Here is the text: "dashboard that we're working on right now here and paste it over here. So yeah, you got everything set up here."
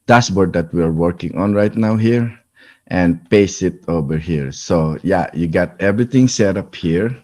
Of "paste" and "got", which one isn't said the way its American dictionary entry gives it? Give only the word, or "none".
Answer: paste